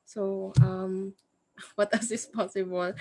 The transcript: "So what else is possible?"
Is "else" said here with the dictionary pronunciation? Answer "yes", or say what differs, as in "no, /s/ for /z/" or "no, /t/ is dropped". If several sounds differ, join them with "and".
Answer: no, /l/ is dropped